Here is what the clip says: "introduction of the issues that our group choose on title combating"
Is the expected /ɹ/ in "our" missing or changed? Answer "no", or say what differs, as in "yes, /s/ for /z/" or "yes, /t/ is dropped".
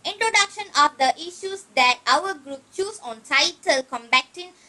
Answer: yes, /w/ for /ɹ/